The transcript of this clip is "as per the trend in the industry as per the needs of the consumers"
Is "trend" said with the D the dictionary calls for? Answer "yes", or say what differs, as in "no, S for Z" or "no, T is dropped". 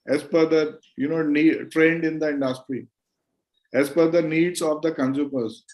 yes